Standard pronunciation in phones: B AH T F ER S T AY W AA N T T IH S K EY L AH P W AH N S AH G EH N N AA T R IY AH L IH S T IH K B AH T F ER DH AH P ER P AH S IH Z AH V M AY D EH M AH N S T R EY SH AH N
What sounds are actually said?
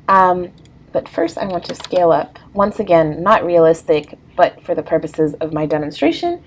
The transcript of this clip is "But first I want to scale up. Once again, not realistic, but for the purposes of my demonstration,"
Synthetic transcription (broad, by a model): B AH T F ER S T AY W AA N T T IH S K EY L AH P W AH N S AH G EH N N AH T R IY AH L IH S T IH K B AH T F ER DH AH P ER P AH S IH Z AH V M AY D EH M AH N S T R EY SH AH N